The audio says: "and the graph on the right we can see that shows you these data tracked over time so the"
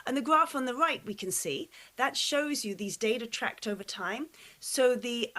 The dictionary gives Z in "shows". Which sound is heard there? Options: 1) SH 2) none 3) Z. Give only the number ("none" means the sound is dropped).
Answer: 3